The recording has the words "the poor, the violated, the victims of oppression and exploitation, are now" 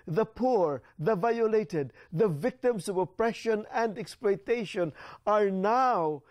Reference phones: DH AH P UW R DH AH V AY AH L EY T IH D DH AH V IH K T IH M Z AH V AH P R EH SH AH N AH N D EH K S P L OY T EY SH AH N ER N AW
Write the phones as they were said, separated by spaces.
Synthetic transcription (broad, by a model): DH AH P UW R DH AH V AY AH L EY T IH D DH AH V IH K T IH M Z AH V AH P R EH SH AH N AH N D EH K S P L OY T EY SH AH N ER N AW